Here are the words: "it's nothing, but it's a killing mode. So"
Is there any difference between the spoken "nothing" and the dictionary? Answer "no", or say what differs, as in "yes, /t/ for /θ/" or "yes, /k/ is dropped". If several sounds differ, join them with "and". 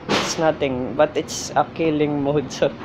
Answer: yes, /t/ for /θ/